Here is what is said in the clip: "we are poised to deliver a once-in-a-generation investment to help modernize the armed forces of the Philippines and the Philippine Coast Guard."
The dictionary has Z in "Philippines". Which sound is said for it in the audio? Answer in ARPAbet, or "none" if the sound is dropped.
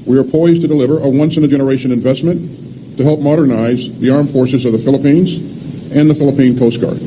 Z